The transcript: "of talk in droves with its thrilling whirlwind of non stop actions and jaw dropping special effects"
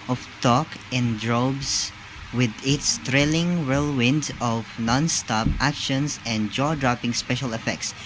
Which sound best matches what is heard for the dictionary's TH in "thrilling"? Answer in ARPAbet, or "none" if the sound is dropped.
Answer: T